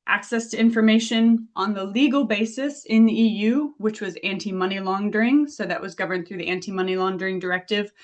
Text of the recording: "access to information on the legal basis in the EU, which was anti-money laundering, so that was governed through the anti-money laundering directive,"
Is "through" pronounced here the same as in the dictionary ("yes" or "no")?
yes